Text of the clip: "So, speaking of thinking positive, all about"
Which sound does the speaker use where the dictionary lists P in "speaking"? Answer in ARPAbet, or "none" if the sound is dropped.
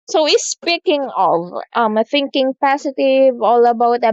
P